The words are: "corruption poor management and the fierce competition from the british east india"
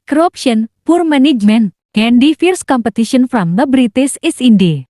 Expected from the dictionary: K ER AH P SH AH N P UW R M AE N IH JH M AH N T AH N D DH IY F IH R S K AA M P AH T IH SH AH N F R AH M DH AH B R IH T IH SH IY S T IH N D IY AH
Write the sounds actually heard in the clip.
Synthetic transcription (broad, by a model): K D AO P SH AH N P UW R M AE N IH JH M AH N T AH N D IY F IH R S K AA M P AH T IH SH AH N F R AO M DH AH B R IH T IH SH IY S IH N D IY